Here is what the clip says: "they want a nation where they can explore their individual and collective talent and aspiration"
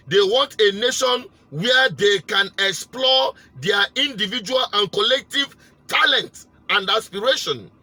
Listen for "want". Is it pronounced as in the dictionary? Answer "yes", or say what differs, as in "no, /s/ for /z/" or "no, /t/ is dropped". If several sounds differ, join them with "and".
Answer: yes